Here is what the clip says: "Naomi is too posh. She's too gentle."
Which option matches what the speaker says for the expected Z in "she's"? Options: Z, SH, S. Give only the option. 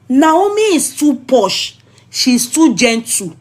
S